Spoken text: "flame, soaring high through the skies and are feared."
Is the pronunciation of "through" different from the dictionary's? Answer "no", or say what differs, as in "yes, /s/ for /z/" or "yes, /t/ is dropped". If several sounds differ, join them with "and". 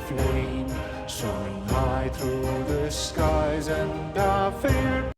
no